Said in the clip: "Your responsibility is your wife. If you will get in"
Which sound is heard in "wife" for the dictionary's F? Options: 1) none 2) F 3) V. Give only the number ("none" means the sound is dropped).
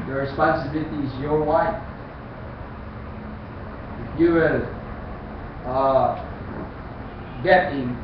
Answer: 1